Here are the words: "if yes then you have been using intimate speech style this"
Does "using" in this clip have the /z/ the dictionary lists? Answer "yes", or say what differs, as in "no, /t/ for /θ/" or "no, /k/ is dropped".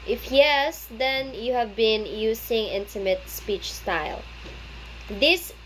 no, /s/ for /z/